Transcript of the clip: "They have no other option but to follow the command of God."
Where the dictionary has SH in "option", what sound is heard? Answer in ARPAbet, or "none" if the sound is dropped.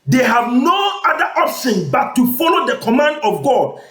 S